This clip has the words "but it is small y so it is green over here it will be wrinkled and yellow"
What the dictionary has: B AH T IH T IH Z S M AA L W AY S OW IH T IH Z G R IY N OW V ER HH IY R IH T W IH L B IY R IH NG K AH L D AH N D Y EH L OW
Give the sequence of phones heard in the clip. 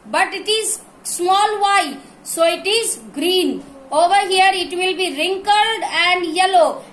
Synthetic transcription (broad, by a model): B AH T IH T IH Z S M AA L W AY S OW IH T IH Z G R IY N OW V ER HH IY R IH T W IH L B IY R IH NG K AH L D AH N D Y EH L OW